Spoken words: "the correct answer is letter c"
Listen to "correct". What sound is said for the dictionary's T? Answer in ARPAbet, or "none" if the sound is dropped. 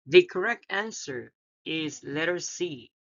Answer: T